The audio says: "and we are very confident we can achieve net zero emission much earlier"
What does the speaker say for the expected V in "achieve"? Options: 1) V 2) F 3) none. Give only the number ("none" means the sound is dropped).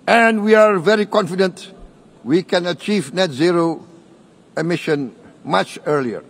1